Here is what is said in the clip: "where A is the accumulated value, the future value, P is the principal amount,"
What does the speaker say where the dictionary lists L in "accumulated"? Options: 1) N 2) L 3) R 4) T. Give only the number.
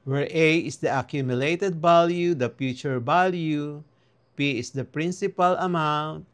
2